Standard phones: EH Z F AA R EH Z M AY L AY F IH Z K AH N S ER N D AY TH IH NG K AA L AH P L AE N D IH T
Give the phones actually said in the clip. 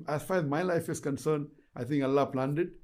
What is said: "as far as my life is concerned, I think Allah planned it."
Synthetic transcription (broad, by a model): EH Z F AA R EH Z M AY L AY F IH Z K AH N S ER N D AY T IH NG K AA L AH P L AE N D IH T